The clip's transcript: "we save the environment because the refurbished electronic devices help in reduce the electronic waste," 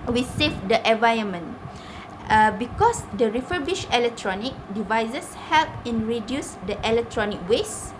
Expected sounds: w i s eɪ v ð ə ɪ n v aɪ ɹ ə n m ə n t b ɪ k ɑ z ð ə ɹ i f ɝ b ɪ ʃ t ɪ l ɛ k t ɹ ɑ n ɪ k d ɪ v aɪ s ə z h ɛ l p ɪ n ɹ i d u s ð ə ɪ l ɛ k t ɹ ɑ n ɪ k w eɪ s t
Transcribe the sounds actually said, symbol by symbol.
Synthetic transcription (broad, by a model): w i s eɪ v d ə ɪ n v aɪ ə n m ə n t b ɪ k ɑ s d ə ɹ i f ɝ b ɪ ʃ ɪ l ɛ k t ɹ ɑ n ɪ k d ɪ v aɪ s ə s h ɛ l p ɪ n ɹ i d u s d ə ɪ l ɛ k t ɹ ɑ n ɪ k w eɪ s